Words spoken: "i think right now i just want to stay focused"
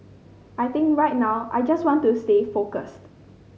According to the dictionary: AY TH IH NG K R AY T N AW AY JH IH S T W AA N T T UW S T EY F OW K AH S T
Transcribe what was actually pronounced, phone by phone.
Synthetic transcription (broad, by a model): AY T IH NG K R AY T N AW AY JH IH S T W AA N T T UW S T EY F OW K AH S T